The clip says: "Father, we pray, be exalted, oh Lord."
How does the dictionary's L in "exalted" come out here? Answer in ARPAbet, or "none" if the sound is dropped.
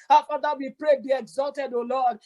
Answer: L